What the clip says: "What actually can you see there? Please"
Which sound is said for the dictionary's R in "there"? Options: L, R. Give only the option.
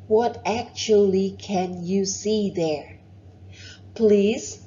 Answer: R